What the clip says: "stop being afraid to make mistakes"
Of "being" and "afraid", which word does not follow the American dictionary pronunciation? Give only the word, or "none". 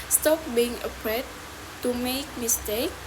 afraid